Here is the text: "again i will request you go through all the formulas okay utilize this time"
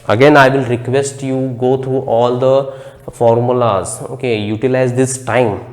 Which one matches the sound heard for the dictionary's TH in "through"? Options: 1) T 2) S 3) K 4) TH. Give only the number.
1